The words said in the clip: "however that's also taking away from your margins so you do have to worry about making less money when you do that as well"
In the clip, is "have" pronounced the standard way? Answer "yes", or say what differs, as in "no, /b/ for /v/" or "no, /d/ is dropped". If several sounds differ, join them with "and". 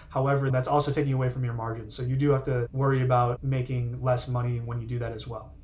no, /f/ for /v/